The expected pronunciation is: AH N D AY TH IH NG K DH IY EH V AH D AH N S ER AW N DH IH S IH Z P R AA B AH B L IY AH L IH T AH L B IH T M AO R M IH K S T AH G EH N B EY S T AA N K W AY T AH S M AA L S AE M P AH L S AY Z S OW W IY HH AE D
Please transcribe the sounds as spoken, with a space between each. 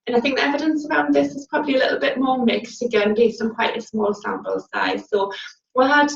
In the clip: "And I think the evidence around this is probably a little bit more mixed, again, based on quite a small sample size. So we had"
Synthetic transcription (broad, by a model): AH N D AY TH IH NG K DH IY EH V AH D AH N S ER AW N DH IH S IH Z P R AA B AH B L IY AH L IH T L B IH T M AO M IH K S T AH G EH N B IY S AH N K W AY T AH S M AA L S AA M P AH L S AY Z S OW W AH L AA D